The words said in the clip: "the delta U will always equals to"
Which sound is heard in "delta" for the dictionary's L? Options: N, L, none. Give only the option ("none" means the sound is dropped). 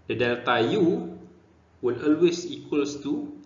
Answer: L